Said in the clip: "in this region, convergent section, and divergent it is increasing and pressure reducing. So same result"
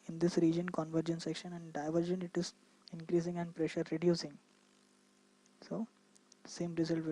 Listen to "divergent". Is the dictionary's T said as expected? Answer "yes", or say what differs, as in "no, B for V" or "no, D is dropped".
no, T is dropped